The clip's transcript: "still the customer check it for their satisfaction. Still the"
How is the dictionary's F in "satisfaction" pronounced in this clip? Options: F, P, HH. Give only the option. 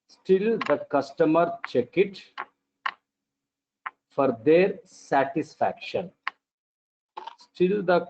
F